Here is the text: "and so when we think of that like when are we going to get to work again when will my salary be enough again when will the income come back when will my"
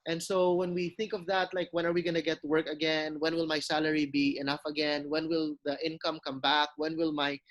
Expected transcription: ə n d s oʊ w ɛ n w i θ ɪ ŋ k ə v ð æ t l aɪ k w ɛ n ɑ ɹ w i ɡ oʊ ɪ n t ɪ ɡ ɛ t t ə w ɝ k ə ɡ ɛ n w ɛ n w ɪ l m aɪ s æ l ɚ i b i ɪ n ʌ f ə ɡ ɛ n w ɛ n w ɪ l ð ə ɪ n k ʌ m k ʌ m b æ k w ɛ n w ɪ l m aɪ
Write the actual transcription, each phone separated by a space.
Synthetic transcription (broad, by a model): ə n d s oʊ w ɛ n w i θ ɪ ŋ k ə v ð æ t l aɪ k w ɛ n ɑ ɹ w i ɡ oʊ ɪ n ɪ ɡ ɛ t t w ɝ k ə ɡ ɛ n w ɛ n w ɪ l m aɪ s æ l ɚ i b i ɪ n ʌ f ə ɡ ɛ n w ɛ n w ɪ l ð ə ɪ n k ʌ m k ʌ m b æ k w ɛ n w ɪ l m aɪ